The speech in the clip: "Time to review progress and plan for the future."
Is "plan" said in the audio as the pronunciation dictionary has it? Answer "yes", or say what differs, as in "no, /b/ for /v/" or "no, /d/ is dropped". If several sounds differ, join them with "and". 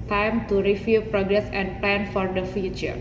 yes